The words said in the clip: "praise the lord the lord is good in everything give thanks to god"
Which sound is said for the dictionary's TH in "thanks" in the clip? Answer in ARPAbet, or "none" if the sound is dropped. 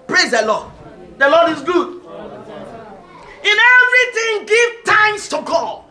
T